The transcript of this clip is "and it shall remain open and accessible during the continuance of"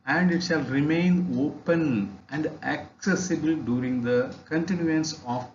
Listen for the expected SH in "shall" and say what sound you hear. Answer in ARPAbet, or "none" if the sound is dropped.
SH